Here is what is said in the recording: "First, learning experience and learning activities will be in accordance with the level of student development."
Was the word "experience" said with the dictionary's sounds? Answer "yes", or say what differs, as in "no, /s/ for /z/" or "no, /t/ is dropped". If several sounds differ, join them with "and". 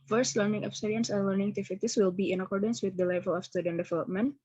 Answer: no, /p/ is dropped